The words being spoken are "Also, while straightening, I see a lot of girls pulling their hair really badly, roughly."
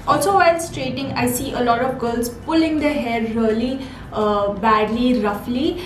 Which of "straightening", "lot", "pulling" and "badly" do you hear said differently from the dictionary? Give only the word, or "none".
straightening